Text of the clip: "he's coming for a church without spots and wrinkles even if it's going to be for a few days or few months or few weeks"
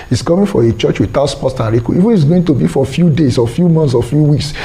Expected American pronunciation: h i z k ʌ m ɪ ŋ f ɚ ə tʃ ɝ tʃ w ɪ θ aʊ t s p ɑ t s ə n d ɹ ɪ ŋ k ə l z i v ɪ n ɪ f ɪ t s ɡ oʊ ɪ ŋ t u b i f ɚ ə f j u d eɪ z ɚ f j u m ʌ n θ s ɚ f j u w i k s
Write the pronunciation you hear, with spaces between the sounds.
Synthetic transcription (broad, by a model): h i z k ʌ m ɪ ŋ f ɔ ə tʃ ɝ tʃ w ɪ t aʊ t s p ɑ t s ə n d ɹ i k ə i v ɪ n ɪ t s ɡ oʊ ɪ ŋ t u b i f ə f j u d eɪ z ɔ f j u m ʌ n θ s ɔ f j u w i k s